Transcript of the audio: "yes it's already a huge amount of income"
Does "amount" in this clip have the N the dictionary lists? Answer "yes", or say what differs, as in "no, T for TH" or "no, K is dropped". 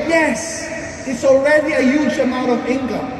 no, N is dropped